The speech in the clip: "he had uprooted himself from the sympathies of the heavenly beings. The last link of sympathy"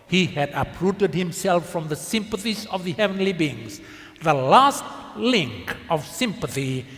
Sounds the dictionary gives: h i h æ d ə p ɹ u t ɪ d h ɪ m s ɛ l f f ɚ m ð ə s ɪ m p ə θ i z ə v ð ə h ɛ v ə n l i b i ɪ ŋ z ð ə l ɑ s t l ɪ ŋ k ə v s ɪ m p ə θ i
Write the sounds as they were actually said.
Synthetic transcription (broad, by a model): h i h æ d ə p ɹ u t ɪ d h ɪ m s ɛ l f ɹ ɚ m ð ə s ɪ m p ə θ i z ə v ð ə h ɛ v ə n l i b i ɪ ŋ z ð ə l ɑ s t l ɪ ŋ k ə v s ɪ m p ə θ i